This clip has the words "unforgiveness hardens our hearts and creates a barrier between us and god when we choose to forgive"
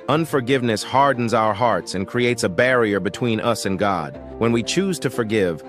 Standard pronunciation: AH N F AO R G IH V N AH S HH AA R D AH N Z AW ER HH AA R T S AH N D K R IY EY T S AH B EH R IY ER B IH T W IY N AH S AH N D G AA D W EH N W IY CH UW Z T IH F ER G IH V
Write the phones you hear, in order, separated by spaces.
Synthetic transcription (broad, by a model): AH N F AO R G IH V N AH S HH AA R D N Z AW ER HH AA R T S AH N K R IY EY T S AH B EH R IY ER B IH T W IY N AH S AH N G AA D W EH N W IY CH UW Z T IH F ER G IH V